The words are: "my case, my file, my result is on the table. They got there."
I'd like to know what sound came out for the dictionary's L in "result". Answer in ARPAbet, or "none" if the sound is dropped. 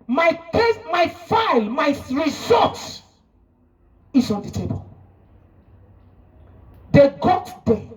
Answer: none